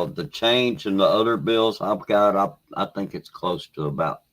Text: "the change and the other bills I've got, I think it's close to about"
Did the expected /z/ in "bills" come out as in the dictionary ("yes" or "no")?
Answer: yes